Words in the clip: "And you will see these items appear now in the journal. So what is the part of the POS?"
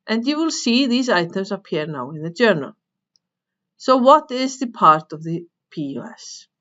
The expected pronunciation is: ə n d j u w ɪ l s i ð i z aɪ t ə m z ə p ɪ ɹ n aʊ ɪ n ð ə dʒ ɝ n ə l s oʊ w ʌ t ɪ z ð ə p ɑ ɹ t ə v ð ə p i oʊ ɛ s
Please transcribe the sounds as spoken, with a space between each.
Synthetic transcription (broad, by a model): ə n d j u w ɪ l s i ð i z aɪ t ə m z ə p ɪ ɹ n aʊ ɪ n ð ə dʒ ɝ n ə l s oʊ w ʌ t ɪ z ð ə p ɑ ɹ t ə v ð ə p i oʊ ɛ s